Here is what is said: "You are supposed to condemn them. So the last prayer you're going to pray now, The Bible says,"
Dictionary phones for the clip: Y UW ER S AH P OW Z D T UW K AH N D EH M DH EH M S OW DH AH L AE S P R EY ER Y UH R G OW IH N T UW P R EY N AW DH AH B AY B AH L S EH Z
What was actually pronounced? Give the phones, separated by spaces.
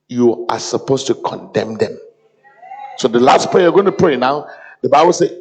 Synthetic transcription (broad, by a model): Y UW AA S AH P OW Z T UW K AH N D EH M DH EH M S OW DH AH L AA S P EY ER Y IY G OW IH N T UW P R EY N AW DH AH B AY B AH L S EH